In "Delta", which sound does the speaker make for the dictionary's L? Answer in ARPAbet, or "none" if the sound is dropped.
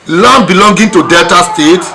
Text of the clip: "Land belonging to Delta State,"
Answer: L